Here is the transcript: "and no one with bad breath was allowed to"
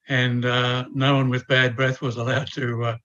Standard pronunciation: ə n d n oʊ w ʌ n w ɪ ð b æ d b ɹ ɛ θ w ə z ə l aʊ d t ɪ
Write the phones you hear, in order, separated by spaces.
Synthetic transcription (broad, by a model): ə n n oʊ w ʌ n w ɪ ð b æ d b ɹ ɛ θ w ə z ə l aʊ d t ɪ